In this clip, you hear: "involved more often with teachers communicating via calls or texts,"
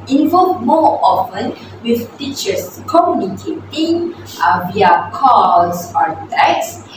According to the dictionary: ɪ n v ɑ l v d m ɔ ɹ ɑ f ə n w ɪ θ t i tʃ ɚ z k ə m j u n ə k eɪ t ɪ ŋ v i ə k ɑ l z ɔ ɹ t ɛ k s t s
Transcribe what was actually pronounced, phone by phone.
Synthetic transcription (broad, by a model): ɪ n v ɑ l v m ɔ ɑ f ə n w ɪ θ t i tʃ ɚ s k ə m j u n ə k eɪ t ɪ ŋ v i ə k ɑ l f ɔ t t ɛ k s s